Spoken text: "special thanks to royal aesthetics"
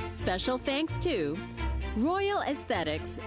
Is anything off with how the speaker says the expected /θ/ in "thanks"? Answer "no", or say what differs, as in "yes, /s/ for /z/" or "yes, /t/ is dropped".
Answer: no